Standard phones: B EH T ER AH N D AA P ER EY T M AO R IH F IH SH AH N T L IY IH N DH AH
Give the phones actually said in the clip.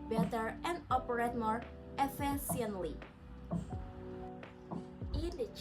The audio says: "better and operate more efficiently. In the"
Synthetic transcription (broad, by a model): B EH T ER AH N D AA P ER EY T M AO R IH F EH S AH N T L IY IH N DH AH